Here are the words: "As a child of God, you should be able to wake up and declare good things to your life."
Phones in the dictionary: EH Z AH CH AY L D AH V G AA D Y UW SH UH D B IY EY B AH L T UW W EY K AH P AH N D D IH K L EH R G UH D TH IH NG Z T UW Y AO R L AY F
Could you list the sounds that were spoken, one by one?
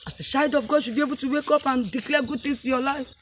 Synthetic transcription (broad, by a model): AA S AH SH AY D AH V G AA D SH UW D B IY EY B AH L T UW W EY K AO P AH N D D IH K L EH G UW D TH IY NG S T UW Y AO L AY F